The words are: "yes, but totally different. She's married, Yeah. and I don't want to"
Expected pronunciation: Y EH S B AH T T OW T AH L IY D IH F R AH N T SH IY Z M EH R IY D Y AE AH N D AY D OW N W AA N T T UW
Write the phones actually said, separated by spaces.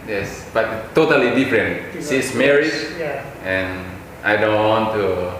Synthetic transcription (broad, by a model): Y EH S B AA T T OW T AH L IY D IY F R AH N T S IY S M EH R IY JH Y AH N AY D OW N W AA N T T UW